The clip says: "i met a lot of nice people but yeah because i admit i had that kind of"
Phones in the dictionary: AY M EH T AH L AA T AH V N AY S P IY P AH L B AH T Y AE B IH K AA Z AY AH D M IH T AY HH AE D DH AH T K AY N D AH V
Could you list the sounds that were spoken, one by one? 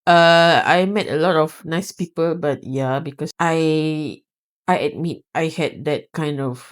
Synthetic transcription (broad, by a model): AY M EH T AH L AA T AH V N AY S P IY P AH L B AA T Y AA B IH K AA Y AY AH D M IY T AY HH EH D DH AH T K AY N D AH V